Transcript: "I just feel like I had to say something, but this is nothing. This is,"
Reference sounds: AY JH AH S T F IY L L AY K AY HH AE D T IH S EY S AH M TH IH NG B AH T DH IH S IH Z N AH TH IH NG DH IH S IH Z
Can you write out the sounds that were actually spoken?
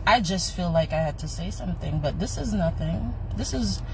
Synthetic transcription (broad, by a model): AY JH AH S T F IY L L AY K AY HH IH D T IH S EY S AH M TH IH NG B AH T DH IH S IH Z N AH TH IH NG DH IH S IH Z